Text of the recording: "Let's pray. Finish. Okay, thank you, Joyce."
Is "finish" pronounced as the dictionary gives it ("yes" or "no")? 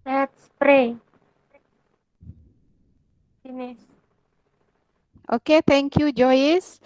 no